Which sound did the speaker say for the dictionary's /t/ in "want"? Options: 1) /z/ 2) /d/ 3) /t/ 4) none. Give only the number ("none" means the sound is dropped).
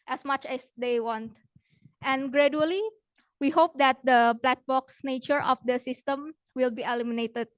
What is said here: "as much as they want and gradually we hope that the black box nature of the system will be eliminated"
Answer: 3